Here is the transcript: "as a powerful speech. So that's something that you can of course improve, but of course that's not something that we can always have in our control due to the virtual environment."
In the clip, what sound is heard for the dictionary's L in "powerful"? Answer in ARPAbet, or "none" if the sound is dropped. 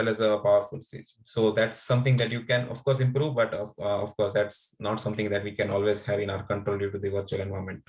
L